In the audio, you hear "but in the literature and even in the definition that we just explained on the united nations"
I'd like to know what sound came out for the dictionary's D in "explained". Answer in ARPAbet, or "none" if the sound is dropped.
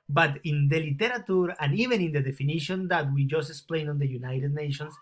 none